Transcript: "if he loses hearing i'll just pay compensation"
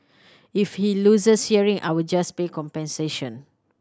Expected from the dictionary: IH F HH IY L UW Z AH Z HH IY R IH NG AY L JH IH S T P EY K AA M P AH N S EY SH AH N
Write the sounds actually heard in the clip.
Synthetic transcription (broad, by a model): IH F HH IY L UW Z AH S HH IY R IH NG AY W JH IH S P EY K AA M P AH N S EY SH AH N